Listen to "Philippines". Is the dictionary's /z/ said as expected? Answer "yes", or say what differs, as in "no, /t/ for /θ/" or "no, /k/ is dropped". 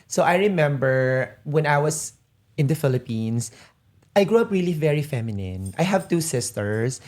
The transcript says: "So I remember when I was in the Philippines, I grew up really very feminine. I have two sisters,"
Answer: no, /s/ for /z/